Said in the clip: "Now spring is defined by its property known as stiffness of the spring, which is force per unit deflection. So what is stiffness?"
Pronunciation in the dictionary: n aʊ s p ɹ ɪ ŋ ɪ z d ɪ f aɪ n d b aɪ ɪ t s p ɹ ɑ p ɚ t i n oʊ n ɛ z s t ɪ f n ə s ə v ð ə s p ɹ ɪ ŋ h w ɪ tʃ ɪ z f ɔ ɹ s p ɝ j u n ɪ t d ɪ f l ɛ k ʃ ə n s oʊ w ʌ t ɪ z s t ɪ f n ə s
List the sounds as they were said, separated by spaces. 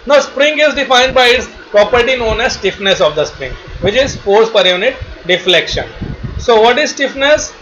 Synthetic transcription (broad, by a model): n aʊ s p ɹ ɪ ŋ ɪ z d ɪ f aɪ n d b aɪ ɪ t s p ɹ ɑ p ɚ t i n oʊ n ɛ z s t ɪ f n ə s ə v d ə s p ɹ ɪ ŋ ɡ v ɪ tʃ ɪ z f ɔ ɹ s p ɝ j u n ɪ t d ɪ f l ɛ k ʃ ə n s oʊ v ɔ t ɪ z s t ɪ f n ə s